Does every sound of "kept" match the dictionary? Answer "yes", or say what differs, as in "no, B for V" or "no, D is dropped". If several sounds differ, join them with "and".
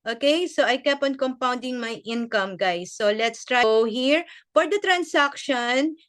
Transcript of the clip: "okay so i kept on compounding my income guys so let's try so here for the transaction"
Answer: no, T is dropped